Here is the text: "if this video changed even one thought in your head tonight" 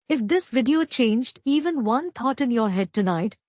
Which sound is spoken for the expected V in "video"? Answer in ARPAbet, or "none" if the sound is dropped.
V